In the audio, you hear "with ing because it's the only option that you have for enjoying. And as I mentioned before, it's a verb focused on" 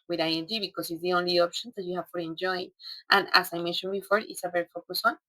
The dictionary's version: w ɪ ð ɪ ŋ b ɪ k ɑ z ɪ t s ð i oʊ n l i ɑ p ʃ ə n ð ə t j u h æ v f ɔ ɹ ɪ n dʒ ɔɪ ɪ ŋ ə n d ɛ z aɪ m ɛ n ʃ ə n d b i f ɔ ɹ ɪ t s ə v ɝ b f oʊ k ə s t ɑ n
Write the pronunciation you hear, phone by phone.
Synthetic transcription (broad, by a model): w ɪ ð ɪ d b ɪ k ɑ s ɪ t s ð i oʊ n l i ɑ p ʃ ə n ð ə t j u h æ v f ɔ ɹ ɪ n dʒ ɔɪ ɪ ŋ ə n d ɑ s aɪ m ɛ n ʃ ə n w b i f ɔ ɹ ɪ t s ə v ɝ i f oʊ k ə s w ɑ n